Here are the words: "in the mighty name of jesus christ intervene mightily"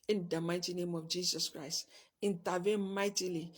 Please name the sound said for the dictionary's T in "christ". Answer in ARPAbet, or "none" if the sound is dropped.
T